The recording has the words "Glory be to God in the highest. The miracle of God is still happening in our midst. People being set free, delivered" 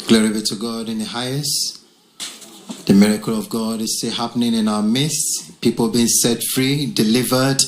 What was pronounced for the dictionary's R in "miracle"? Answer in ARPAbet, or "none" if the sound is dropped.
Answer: R